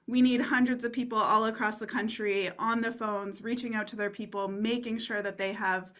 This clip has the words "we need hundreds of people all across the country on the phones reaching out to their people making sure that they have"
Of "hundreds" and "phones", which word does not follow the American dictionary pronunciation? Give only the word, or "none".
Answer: none